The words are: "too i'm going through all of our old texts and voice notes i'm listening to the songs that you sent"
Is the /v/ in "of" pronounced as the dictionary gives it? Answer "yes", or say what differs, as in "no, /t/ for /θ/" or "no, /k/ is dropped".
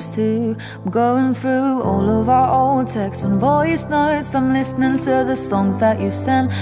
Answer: yes